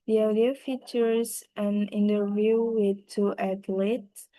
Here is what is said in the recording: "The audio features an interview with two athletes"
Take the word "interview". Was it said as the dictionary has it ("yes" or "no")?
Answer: yes